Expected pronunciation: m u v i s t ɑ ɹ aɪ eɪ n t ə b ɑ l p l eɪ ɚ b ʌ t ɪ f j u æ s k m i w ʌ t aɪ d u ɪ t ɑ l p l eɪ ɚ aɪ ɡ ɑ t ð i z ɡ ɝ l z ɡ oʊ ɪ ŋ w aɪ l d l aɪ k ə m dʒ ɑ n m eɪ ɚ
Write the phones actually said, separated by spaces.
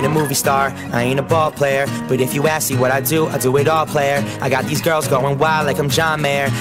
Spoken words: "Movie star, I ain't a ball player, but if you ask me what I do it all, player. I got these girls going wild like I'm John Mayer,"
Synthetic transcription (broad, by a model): m u v i s t ɑ ɹ aɪ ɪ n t ə b ɑ l p l eɪ ɚ b ʌ t ɪ f j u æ s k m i w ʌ t aɪ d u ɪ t ɑ l p l eɪ ɚ aɪ ɡ ɑ t ð i z ɡ ɝ l z ɡ oʊ ɪ ŋ w aɪ l l aɪ k ə m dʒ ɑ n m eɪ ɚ